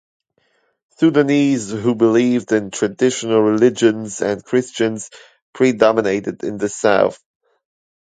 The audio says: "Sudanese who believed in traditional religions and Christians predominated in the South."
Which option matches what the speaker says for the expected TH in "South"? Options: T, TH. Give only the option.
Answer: TH